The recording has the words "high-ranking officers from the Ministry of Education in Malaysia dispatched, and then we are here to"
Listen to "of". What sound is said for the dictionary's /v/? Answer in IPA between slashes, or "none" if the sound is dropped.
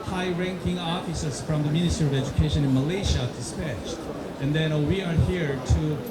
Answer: /v/